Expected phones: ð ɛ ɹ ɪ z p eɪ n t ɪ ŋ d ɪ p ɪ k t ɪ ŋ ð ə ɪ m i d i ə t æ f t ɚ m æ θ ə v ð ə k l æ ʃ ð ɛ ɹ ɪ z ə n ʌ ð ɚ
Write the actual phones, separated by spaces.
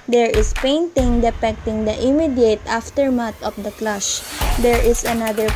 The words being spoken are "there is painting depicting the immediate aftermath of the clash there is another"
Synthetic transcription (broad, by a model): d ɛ ɹ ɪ s p eɪ n t ɪ ŋ d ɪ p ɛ k t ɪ ŋ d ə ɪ m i d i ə t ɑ f t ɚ m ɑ t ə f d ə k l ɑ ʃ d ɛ ɹ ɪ s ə n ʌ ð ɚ